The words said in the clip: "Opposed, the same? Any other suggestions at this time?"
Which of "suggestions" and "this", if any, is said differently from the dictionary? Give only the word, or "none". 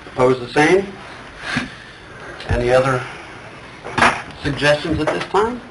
none